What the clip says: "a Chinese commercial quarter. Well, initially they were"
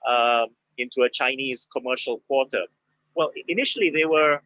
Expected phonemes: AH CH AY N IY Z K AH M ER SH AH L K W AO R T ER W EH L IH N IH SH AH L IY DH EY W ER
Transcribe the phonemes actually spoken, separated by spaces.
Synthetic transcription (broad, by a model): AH CH AY N IY Z K AH M ER SH AH L K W AO R T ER W EH L IH N IH SH AH L IY DH EY W ER